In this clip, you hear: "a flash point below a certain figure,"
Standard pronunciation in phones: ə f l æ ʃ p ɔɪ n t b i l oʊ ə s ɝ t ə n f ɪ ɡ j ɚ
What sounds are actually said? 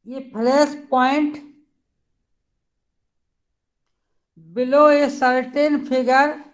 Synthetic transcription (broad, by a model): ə p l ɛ s p ɔɪ n t b i l oʊ ə s ɝ t ə n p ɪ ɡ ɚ